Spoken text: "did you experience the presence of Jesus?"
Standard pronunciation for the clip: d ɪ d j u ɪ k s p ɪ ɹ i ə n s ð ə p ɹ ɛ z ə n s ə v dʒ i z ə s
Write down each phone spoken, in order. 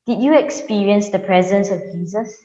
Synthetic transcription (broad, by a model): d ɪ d j u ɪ k s p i ɹ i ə n s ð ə p ɹ ɛ z ə n s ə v dʒ i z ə s